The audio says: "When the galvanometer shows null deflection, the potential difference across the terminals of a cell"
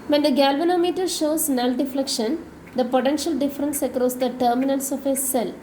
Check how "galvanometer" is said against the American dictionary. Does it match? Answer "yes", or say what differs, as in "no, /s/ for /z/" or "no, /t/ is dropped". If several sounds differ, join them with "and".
yes